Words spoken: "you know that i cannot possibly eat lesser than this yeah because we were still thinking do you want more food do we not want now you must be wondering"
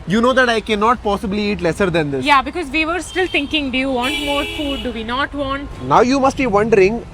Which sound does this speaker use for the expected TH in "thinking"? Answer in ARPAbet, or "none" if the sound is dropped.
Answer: T